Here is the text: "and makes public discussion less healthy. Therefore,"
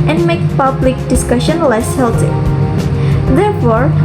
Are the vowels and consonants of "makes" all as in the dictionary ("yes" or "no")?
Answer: no